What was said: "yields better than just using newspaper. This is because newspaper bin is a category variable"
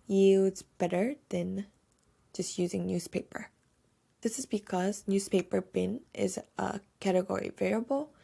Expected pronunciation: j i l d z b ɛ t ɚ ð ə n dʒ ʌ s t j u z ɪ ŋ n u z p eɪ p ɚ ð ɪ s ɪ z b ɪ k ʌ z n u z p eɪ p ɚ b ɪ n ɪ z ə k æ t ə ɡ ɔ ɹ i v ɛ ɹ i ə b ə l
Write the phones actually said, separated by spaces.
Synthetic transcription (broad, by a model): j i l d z b ɛ t ɚ ð ə n dʒ ʌ s t j u z ɪ ŋ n u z p eɪ p ɚ ð ɪ s ɪ z b ɪ k ʌ z n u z p eɪ p ɚ b ɪ n ɪ z ə k æ t ə ɡ ɔ ɹ i v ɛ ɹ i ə b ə l